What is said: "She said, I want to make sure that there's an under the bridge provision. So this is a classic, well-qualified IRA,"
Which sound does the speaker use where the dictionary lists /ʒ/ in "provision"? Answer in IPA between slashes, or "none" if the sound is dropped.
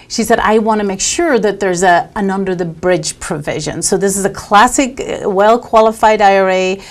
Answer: /ʒ/